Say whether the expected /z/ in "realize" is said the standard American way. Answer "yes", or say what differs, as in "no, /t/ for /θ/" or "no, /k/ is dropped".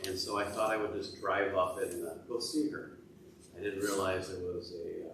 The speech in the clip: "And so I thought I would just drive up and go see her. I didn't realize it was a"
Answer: yes